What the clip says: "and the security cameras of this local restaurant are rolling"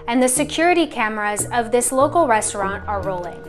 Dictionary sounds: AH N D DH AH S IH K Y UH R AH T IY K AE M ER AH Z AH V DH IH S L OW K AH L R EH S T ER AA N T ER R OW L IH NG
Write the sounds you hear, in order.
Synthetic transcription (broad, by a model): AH N DH AH S IH K Y UH R AH T IY K AE M ER AH Z AH V DH IH S L OW K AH L R EH S T ER AA N T ER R OW L IH NG